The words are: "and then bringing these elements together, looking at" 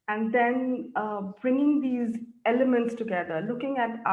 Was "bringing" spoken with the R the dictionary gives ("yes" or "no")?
yes